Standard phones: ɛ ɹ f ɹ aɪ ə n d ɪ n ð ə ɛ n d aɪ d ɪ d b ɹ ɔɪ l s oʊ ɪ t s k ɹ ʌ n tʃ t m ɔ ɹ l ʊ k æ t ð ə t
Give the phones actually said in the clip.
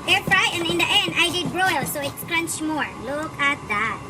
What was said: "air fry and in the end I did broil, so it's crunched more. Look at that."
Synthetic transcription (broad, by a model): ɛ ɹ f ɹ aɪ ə n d ɪ n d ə ɛ n d aɪ d ɪ d b ɹ ɔɪ l s oʊ ɪ t s k ɹ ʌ n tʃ m ɔ ɹ l ʊ k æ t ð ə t